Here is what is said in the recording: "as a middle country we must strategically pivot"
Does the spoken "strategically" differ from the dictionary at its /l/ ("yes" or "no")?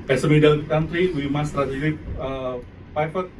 yes